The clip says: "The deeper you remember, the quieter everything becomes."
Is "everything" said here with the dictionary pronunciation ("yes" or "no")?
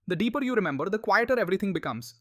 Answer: no